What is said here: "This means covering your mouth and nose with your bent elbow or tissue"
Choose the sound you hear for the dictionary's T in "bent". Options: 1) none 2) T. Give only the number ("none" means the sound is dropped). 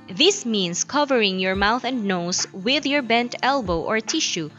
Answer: 2